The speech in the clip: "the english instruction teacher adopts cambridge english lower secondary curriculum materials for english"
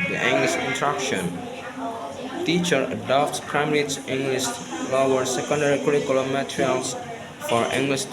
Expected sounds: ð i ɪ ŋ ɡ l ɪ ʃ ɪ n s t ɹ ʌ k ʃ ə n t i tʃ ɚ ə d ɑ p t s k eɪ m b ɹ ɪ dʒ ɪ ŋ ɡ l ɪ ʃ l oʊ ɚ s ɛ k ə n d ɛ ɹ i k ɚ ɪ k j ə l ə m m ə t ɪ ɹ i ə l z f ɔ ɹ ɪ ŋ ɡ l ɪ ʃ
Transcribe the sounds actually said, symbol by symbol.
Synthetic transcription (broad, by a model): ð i ɪ ŋ ɡ l ɪ ʃ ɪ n t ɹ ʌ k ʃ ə n t i tʃ ɚ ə d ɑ p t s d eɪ m ɹ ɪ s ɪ ŋ ɡ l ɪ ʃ l oʊ ɚ s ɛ k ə n d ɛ ɹ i k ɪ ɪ k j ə l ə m m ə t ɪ ɹ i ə l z f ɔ ɹ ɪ ŋ ɡ l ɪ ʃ